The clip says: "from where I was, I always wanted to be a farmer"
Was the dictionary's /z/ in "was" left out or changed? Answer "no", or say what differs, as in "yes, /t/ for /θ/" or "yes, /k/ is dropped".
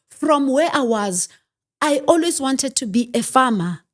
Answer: no